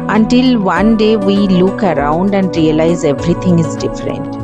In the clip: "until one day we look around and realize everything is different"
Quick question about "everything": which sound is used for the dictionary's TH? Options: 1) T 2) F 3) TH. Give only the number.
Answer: 1